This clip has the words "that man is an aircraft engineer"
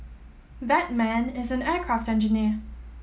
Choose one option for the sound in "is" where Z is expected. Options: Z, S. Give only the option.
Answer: Z